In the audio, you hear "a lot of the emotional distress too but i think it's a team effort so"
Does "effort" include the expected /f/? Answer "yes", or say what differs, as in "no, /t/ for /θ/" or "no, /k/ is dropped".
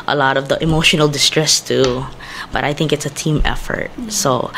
yes